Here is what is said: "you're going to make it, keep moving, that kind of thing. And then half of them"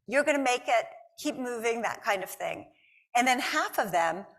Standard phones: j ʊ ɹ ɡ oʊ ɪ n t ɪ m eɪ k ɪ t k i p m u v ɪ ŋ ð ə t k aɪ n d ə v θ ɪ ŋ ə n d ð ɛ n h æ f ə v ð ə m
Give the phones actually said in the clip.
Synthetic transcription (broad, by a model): j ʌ ɹ ɡ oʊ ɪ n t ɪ m eɪ k ɪ t k i p m u v ɪ ŋ ð ə t k aɪ n d ə v θ ɪ ŋ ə n ð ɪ n h æ f ə v ð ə m